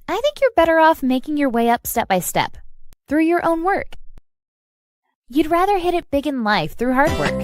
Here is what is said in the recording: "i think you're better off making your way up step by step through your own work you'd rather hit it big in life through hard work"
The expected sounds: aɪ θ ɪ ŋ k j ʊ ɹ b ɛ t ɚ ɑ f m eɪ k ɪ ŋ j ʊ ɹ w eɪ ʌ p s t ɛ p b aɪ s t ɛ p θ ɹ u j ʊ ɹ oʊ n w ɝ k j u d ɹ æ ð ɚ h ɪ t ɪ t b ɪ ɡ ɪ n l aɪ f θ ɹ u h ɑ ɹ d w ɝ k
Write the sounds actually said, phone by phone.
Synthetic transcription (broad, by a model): aɪ θ ɪ ŋ k j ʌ ɹ b ɛ t ɚ ɑ f m eɪ k ɪ ŋ j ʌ ɹ w eɪ ʌ p s t ɛ p b aɪ s t ɛ p θ ɹ u j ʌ ɹ oʊ n w ɝ k j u d ɹ æ ð ɚ h ɪ t ɪ t b ɪ ɡ ɪ n l aɪ f θ ɹ u h ɑ ɹ d w ɝ k